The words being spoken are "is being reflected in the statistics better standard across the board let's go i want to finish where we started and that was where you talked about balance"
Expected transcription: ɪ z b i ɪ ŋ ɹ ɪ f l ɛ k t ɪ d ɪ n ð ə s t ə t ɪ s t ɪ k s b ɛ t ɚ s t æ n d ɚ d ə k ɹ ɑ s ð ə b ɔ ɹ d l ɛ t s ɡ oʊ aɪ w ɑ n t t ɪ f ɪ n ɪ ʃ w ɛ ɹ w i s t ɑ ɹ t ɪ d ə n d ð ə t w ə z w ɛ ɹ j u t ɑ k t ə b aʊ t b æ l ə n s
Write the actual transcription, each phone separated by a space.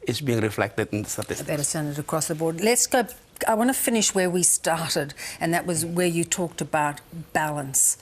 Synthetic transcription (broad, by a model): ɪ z b i ɪ ŋ ɹ ɪ f l ɛ k t ɪ d ɪ n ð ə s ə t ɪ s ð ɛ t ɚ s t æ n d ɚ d ə k ɹ ɑ s ð ə b ɔ ɹ d l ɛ t s ɡ oʊ aɪ w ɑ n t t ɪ f ɪ n ɪ ʃ w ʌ ɹ w i s t ɑ ɹ t ɪ d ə n ð ə t w ə z w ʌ ɹ j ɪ t ɑ k t ə b aʊ t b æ l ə n s